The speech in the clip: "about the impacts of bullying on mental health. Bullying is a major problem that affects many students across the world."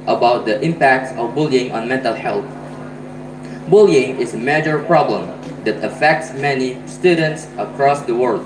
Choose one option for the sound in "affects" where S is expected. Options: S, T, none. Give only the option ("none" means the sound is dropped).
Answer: S